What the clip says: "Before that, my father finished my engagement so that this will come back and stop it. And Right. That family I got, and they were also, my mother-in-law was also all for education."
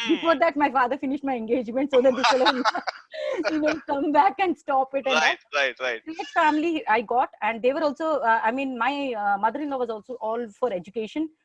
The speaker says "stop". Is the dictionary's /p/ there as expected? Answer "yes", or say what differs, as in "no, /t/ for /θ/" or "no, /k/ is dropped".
yes